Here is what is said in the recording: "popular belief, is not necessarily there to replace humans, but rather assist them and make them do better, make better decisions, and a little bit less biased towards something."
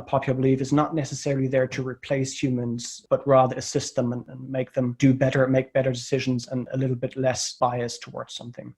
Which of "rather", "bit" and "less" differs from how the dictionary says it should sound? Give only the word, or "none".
none